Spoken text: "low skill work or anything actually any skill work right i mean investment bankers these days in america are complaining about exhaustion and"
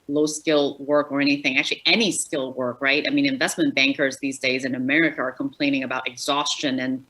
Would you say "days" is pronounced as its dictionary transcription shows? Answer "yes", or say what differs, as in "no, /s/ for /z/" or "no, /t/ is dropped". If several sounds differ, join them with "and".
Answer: yes